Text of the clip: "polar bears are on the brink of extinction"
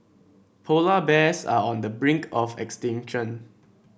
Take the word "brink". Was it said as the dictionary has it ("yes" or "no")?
yes